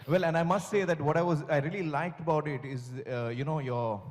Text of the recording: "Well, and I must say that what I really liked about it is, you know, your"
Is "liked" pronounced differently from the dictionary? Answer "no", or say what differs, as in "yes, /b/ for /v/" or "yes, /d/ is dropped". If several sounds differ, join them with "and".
no